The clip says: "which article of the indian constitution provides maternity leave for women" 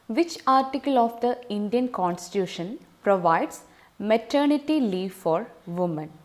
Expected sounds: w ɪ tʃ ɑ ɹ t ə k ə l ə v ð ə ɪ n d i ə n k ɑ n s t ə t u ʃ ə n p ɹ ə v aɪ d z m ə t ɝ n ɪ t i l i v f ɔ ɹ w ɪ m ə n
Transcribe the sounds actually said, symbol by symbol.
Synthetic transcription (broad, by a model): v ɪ tʃ ɑ ɹ t ə k ə l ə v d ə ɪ n d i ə n k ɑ n s t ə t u ʃ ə n p ɹ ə v aɪ d s m ə t ɝ n ɪ t i l i v f ɔ ɹ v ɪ m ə n